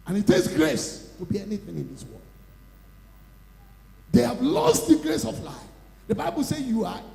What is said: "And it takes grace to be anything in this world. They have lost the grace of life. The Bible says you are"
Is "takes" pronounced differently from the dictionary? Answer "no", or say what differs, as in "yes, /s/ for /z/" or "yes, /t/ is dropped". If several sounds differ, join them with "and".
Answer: yes, /k/ is dropped